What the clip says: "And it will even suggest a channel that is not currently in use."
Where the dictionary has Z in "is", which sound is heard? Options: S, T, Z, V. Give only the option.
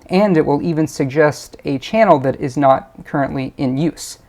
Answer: Z